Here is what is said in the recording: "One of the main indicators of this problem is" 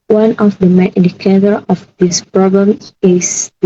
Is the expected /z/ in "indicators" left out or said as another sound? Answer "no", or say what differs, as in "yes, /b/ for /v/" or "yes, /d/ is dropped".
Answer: yes, /z/ is dropped